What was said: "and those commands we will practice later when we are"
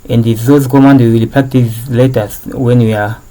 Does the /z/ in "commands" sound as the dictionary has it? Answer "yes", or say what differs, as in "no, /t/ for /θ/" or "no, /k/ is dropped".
no, /z/ is dropped